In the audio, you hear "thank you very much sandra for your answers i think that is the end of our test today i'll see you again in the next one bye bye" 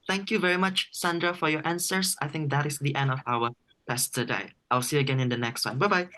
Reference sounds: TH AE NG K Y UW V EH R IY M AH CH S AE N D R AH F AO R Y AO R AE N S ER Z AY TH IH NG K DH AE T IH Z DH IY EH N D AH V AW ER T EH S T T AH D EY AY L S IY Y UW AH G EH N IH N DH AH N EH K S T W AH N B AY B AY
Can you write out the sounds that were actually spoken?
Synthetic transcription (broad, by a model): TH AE NG K Y UW V EH R IY M AH CH S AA N D R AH F AO R Y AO R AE N S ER S AY TH IH NG K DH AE T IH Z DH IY EH N D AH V AW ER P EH S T T AH D EY AY L S IY AH G EH N IH N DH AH N EH K S T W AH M B AY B AY